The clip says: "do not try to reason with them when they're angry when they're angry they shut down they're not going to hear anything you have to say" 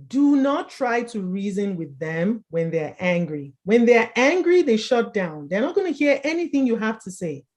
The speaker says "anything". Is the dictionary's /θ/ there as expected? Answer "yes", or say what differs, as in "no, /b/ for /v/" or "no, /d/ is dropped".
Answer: yes